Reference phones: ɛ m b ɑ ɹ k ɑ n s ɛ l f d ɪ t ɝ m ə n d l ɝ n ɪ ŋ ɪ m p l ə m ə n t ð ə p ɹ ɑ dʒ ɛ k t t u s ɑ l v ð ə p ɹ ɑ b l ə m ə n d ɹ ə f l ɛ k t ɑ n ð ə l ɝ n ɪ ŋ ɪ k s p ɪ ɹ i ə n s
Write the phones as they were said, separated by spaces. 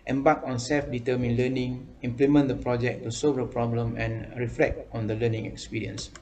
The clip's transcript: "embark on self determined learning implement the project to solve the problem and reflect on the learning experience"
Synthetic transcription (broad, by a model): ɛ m b ɑ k ɑ n s ɛ l f d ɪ t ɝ m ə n l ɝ n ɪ ŋ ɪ m p l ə m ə n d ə p ɹ ɑ dʒ ɛ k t t u s ɑ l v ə p ɹ ɑ b l ə m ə n ɹ ə f l ɛ k t ɑ n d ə l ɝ n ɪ ŋ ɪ k s p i ɹ i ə n s